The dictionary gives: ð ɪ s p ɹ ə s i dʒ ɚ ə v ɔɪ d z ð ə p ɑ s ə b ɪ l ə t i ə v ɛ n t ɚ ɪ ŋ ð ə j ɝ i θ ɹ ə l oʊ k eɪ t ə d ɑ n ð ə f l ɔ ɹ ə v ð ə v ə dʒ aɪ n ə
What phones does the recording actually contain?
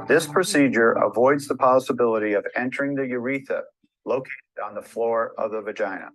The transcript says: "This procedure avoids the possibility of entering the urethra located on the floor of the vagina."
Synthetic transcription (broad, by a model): ð ɪ s p ɹ ə s i dʒ ɚ ə v ɔɪ d z ð ə p ɑ s ə b ɪ l ə t i ə v ɛ n t ɚ ɪ ŋ ð ə j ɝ i θ ə l oʊ k eɪ t ə d n ð ə f l ɔ ɹ ə v ð ə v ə dʒ aɪ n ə